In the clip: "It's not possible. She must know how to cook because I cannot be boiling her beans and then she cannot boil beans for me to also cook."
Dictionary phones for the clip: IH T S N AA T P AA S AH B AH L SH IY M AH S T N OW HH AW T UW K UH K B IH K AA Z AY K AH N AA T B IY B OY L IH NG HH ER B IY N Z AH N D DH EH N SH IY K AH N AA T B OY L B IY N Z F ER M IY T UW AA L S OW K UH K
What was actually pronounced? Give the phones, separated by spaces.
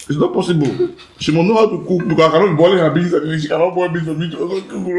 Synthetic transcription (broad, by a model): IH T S N AA T P AA S AH B AH L SH IY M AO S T N OW HH AW T UW K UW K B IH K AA AY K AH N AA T B IY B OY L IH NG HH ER B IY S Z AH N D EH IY SH IY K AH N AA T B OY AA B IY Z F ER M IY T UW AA S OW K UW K